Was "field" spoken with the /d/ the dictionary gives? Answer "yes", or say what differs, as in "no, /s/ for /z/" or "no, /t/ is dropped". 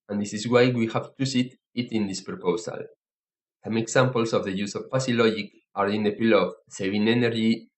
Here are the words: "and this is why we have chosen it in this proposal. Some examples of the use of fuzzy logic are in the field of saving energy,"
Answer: no, /d/ is dropped